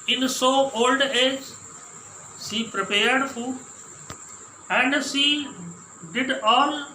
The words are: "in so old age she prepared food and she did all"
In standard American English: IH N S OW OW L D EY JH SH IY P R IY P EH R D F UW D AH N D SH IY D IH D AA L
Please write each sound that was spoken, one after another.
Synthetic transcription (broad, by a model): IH N S OW OW L D EY JH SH IY P R IY P EH R D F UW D AH N D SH IY D IH D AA L